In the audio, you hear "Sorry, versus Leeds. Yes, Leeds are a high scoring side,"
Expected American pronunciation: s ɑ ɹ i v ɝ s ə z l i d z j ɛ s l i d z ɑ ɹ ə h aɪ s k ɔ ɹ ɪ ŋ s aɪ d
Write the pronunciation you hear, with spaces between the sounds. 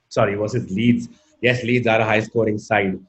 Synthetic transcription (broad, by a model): s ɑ ɹ i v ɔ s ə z l i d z j ɛ s l i d z ɑ ɹ ə h aɪ s k ɔ ɹ ɪ ŋ s aɪ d